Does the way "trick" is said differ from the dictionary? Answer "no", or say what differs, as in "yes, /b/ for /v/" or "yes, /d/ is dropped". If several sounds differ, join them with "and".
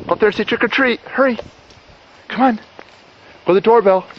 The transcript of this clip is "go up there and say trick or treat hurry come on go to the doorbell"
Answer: no